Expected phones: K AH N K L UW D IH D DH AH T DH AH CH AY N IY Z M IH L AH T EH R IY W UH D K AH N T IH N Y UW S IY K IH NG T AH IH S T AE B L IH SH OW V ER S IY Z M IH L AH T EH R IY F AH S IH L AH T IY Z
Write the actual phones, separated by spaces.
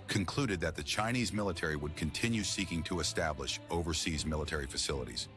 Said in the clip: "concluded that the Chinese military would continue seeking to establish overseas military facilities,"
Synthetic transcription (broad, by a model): K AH N K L UW D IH D DH AH T DH AH CH AY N IY Z M IH L AH T EH R IY W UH D K AH N T IH N Y UW S IY K IH NG T AH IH S T AE B L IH SH OW V ER S IY Z M IH L AH T EH R IY F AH S IH L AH T IY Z